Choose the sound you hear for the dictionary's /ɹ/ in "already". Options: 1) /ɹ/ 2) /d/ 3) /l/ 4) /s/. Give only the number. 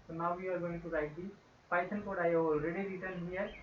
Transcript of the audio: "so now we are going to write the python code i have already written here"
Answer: 1